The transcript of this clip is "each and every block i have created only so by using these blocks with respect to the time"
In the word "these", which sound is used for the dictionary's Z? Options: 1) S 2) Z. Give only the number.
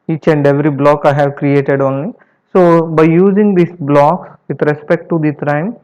1